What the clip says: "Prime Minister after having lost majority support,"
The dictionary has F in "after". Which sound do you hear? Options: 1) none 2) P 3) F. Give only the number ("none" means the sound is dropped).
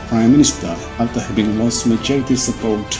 1